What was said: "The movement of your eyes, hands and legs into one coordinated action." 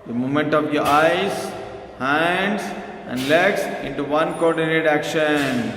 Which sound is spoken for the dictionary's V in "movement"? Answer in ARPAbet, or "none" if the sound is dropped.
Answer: none